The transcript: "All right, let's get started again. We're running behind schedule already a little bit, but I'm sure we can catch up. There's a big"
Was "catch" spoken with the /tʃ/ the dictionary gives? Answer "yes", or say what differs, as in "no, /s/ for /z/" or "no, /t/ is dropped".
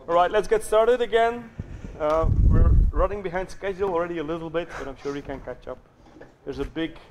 yes